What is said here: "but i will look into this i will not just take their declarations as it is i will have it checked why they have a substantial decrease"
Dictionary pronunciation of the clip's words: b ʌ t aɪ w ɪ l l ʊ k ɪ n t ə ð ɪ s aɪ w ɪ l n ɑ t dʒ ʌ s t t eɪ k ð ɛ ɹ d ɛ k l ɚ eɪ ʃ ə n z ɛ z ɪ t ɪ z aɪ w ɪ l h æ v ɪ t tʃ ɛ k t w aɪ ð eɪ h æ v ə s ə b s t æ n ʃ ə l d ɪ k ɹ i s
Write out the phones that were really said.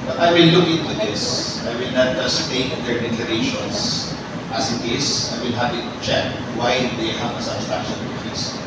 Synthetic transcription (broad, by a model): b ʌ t aɪ w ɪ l l ʊ k ɪ n t ə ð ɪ s aɪ w ɪ l n ɑ t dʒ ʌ s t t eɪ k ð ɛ ɹ d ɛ k l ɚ eɪ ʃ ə n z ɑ s ɪ t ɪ s aɪ w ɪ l h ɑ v ɪ t tʃ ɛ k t w aɪ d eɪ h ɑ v ə s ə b s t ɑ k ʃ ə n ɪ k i s